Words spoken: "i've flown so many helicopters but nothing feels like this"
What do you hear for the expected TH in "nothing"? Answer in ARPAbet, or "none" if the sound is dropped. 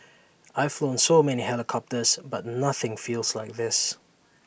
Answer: TH